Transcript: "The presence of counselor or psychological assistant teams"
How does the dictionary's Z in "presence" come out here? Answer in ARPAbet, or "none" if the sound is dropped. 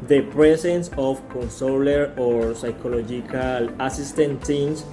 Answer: S